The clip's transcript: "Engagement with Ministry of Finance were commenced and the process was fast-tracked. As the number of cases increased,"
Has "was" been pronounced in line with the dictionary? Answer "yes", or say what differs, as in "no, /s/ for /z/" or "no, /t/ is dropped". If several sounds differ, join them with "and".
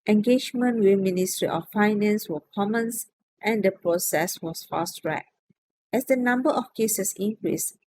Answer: no, /s/ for /z/